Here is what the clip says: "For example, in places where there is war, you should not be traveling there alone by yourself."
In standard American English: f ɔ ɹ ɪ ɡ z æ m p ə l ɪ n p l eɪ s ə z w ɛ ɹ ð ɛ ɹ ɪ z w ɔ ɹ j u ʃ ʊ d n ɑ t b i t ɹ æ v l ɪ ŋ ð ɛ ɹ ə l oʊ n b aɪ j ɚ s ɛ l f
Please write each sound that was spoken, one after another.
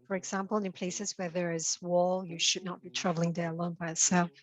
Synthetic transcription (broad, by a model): f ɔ ɹ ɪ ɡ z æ m p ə l ɪ n p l eɪ s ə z w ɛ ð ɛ ɹ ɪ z w ɔ l j u ʃ ʊ d n ɑ t b i t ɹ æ v l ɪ ŋ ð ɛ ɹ ə l oʊ n b aɪ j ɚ s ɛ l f